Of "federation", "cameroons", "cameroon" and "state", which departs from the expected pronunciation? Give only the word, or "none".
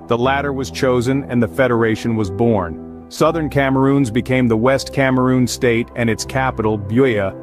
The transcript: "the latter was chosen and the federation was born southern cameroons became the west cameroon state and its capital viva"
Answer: none